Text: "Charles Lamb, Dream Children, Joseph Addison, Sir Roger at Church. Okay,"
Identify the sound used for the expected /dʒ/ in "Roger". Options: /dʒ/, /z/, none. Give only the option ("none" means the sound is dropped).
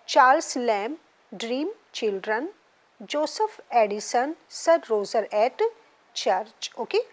/z/